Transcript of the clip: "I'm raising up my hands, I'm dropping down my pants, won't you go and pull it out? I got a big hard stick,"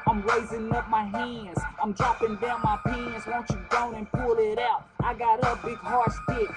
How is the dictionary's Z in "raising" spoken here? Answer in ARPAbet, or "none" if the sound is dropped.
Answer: Z